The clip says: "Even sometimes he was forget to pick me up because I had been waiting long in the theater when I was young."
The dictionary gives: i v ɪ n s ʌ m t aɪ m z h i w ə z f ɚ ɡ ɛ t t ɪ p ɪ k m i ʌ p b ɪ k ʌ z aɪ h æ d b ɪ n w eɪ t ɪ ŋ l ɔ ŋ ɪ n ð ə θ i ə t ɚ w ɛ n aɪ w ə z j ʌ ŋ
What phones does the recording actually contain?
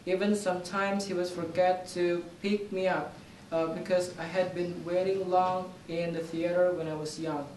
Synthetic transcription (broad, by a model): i v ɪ n s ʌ m t aɪ m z h i w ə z f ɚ ɡ ɛ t t ɪ p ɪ k m i ʌ p b ɪ k ʌ z aɪ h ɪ d b ɪ n w eɪ t ɪ ŋ l ɔ ŋ ɪ n ð ə θ i ə t ɚ w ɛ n aɪ w ə z j ʌ ŋ